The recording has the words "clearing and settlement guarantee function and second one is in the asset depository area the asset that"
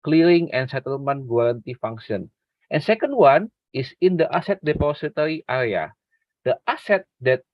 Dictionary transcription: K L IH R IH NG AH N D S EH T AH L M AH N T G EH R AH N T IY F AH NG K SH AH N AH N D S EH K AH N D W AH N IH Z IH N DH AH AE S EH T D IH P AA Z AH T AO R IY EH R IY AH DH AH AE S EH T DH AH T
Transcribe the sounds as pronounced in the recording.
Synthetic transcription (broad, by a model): K L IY R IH NG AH N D S EH T AH L M AH N T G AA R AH N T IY F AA NG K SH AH N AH N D S EH K AH N D W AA N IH S IH N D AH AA S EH T D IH P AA S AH T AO R IY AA R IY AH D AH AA S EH T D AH T